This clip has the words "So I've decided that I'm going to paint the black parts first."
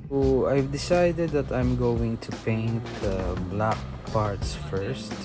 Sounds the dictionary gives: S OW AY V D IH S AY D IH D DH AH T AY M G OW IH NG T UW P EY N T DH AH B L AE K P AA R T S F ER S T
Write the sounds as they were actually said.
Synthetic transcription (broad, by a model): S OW AY V D IH S AY D IH D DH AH T AY M G OW IH NG T UW P EY N T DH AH B L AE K P AA R T S F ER S T